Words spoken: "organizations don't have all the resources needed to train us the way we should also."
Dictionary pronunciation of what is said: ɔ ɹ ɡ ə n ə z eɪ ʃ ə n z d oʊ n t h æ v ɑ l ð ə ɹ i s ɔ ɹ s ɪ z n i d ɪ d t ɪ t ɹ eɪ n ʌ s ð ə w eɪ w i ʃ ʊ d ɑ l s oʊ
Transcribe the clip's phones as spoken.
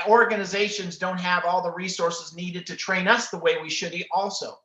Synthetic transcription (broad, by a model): ɔ ɹ ɡ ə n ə z eɪ ʃ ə n z d oʊ n t h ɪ v ɑ l ð ə ɹ i s ɔ ɹ s ɪ z n i d ɪ d t ɪ t ɹ eɪ n ʌ s ð ə w eɪ w i ʃ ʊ d ɑ l s oʊ